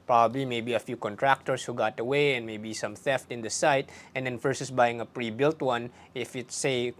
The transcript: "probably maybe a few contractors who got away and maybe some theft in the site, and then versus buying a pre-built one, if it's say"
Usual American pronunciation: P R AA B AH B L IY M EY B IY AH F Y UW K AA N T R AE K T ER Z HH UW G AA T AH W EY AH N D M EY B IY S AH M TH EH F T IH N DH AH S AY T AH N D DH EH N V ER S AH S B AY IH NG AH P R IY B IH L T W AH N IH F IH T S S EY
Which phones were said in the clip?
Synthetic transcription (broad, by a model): P R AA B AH B L IY M EY B IY AH F Y UW K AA N T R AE K T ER S HH UW G AA T AH W EY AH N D M EY B IY S AH M TH EH F T IH N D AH S AY T AH N D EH N F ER S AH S B AY IH NG AH P R IY B IH L T W AH N IH F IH T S S EY